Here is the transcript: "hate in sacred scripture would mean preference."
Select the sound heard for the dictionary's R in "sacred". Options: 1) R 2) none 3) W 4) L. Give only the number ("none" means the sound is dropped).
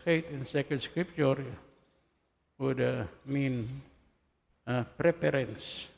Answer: 2